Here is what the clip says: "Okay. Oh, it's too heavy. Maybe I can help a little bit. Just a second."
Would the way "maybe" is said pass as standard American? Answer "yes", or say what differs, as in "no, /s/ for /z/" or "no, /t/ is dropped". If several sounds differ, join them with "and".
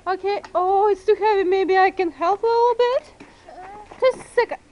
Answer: yes